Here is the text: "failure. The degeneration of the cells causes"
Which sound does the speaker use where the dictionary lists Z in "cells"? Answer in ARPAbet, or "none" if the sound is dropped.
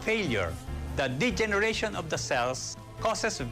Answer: S